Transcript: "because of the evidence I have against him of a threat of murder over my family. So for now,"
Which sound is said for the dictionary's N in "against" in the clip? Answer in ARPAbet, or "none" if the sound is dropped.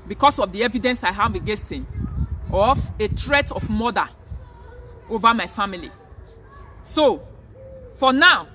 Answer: none